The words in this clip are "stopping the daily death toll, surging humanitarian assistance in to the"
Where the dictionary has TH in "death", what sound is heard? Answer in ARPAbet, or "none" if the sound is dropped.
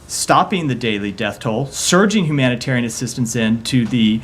TH